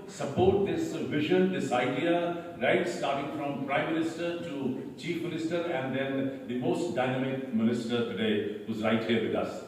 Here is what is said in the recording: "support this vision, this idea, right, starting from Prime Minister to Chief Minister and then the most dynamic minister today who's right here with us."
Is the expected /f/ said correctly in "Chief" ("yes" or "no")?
yes